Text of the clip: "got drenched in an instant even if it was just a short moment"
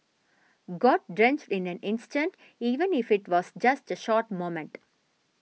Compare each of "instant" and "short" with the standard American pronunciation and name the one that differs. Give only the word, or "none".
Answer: none